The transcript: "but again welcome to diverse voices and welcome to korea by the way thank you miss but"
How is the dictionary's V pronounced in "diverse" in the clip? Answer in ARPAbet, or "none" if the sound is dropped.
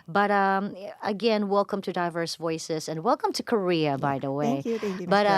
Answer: V